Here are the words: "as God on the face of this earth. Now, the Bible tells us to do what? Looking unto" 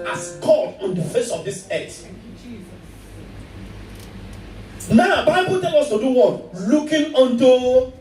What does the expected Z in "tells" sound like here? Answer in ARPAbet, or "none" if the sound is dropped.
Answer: none